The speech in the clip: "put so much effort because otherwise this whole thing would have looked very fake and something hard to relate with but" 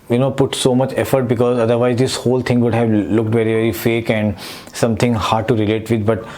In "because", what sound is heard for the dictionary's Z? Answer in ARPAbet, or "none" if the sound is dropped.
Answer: Z